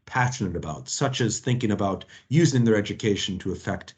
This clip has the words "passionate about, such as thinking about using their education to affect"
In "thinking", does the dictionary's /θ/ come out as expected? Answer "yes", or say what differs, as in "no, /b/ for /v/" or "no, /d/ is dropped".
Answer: yes